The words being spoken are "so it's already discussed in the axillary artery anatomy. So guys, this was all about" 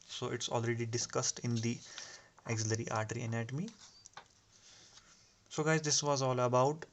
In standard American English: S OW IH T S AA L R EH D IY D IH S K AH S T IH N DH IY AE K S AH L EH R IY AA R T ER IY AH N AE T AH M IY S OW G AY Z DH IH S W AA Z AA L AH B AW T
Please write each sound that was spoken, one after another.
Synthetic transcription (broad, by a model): S OW IH T S AA L R EH D IY D IH S K AH S T IH N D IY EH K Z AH L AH R IY AA R T ER IY AH N AE T AH M IY S OW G AY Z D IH S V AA Z AA L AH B AW T